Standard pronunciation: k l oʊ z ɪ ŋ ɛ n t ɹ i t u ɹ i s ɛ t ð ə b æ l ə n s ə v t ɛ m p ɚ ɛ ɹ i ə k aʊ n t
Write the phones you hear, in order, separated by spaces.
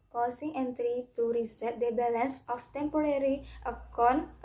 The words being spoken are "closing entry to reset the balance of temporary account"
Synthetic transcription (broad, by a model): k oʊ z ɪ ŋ ɛ n t ɹ i t u ɹ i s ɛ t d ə b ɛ l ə n s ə f t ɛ m p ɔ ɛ ɹ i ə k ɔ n